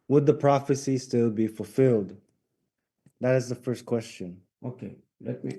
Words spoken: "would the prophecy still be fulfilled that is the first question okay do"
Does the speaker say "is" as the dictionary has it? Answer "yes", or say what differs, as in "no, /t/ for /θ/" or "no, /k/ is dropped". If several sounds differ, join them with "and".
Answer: yes